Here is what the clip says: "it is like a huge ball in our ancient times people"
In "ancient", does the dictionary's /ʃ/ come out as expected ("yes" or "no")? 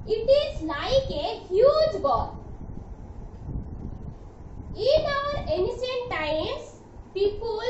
no